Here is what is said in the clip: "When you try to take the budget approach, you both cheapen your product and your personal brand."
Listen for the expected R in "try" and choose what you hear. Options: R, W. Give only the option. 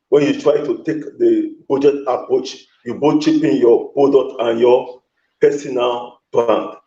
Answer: R